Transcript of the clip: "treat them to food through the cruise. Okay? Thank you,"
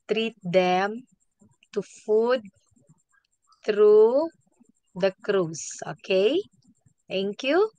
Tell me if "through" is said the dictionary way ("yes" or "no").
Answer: no